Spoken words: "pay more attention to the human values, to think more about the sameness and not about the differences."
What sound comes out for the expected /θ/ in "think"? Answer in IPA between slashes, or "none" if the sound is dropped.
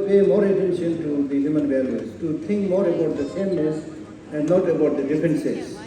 /t/